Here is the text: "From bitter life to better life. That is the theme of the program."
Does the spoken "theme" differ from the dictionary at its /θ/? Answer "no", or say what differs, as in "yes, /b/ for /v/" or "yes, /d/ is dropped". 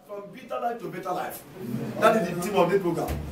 yes, /t/ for /θ/